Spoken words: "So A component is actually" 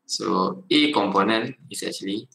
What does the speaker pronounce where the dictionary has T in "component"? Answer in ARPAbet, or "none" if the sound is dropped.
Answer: none